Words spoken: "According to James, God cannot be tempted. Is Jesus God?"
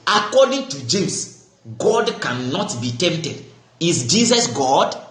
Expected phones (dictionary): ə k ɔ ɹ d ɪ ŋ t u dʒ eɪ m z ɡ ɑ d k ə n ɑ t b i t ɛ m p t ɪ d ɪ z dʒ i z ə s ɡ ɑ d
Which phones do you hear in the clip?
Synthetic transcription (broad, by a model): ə k ɔ d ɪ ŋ t u dʒ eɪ m s ɡ ɑ d k ə n ɑ t b i t ɛ m p t ɪ d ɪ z dʒ i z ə s ɡ ɑ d